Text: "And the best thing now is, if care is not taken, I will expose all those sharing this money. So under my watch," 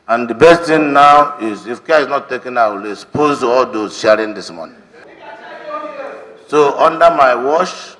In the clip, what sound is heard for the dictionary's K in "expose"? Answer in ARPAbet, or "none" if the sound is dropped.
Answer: none